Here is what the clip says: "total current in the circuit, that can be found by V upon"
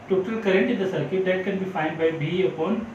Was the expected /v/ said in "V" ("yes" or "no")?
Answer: no